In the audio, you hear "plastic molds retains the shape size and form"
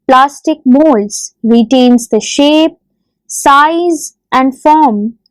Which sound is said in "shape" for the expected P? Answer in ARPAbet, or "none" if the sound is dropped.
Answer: P